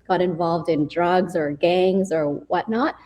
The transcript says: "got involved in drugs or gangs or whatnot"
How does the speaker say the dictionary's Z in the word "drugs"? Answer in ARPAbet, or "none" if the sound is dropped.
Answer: Z